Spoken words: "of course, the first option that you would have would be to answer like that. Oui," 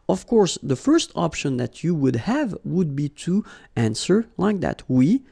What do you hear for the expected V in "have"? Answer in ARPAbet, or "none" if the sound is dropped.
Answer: V